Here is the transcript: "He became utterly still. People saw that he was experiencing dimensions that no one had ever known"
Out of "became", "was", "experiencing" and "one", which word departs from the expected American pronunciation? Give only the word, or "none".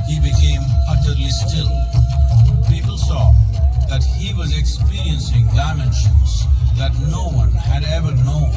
none